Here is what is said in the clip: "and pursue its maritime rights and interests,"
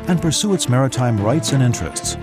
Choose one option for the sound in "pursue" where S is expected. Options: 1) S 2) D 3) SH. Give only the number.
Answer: 1